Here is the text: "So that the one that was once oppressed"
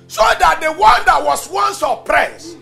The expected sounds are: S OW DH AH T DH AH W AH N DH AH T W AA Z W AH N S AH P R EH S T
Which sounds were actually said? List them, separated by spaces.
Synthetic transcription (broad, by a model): S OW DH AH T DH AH W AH N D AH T W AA S W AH N S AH P R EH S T